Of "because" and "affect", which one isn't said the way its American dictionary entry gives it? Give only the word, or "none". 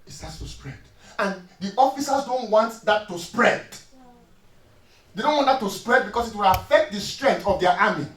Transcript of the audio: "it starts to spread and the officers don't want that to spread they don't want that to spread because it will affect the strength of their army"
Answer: because